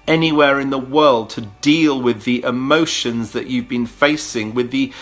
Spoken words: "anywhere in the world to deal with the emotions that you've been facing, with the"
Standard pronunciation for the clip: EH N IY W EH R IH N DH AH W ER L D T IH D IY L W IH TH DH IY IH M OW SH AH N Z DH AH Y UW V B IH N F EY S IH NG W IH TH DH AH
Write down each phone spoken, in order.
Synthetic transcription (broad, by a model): EH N IY W EH R IH N DH AH W ER L D T IH D IY L W IH DH IY IH M OW SH AH N Z DH AH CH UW V B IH N F EY S IH NG W IH DH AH